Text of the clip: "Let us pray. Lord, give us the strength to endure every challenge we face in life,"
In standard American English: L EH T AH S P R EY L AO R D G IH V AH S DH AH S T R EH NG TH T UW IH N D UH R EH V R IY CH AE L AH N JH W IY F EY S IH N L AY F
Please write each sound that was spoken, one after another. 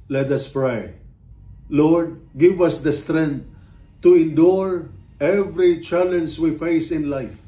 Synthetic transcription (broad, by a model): L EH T AH S P R EY L AO R D G IH V AH S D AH S T R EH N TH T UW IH N D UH R EH V R IY CH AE L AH N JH W IY F EY S IH N L AY F